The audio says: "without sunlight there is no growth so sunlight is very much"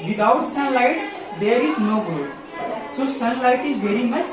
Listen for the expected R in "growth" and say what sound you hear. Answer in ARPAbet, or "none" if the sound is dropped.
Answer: none